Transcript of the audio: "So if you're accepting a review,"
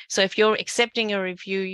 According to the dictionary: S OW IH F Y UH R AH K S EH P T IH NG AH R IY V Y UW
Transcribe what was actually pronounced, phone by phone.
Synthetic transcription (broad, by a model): S OW IH F Y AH R AH K S EH P T IH NG AH R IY V Y UW